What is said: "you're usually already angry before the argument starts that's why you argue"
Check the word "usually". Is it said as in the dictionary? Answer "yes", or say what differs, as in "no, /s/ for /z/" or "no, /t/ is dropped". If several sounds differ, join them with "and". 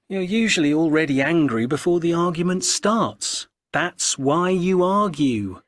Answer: yes